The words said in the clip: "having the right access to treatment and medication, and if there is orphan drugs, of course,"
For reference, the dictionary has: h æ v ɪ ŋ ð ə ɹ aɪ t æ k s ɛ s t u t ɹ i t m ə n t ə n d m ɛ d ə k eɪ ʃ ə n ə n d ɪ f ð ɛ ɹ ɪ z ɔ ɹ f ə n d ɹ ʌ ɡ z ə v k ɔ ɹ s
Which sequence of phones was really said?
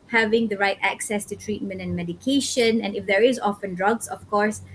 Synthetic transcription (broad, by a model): h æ v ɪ ŋ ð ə ɹ aɪ t æ k s ɛ s t u t ɹ i t m ə n t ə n m ɛ d ə k eɪ ʃ ə n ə n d ɪ f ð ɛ ɹ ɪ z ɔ f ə n d ɹ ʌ ɡ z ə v k ɔ ɹ s